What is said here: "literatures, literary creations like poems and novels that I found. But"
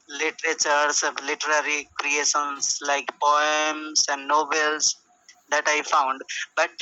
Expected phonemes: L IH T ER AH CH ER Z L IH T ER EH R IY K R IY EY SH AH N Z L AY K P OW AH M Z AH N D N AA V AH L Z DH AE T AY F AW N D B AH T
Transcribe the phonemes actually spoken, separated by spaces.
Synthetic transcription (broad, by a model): L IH T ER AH CH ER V L IH T ER EH R IY K R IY EY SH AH N S L AY K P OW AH M S AH N D N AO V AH L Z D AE T AY F AW N D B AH T